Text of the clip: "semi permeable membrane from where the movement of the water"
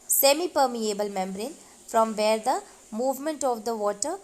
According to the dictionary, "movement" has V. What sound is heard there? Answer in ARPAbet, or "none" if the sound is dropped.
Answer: V